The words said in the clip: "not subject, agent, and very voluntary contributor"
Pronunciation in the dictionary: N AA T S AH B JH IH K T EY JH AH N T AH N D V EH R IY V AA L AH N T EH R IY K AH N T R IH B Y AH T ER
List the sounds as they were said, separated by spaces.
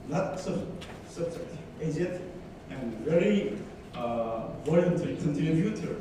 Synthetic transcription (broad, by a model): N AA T S AH B JH IH K T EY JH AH T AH N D V EH R IY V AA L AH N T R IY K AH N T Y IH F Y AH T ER